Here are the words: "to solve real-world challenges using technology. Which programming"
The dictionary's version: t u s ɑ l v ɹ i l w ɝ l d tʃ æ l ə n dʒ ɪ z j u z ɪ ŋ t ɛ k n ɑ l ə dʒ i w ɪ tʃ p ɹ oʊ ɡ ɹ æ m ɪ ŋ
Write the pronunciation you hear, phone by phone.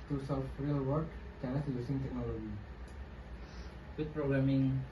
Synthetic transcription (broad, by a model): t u s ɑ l f ɹ i l w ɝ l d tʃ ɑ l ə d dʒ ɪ j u s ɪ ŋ t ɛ k n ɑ l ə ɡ i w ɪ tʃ p ɹ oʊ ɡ ɹ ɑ m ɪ ŋ